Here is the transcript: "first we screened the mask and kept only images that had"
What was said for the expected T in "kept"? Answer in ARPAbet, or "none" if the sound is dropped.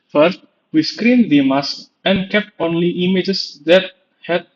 T